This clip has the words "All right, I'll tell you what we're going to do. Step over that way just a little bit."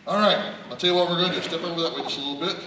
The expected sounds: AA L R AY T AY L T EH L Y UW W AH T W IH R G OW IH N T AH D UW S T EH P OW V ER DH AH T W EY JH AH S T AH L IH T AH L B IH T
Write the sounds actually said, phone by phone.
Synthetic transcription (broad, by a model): AA L R AY T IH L T EH L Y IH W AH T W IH R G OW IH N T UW S T EH P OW W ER DH AH T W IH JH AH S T AH L IH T L B IH T